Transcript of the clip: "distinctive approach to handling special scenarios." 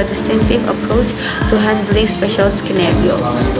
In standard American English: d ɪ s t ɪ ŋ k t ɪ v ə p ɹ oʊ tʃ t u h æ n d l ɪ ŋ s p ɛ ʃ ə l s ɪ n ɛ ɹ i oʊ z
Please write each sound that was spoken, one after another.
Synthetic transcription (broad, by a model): d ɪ s t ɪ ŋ k t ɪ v ə p ɹ oʊ tʃ t u h æ n d l ɪ ŋ s p ɛ ʃ ə l s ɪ n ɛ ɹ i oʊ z